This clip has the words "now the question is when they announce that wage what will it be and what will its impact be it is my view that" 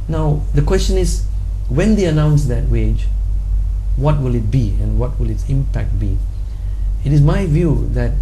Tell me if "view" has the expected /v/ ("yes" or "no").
yes